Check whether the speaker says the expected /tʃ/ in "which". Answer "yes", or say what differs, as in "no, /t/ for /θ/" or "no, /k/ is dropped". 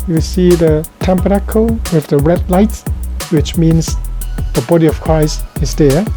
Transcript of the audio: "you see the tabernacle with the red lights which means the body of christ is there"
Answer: yes